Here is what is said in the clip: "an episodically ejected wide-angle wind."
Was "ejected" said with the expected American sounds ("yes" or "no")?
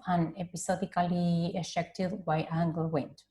no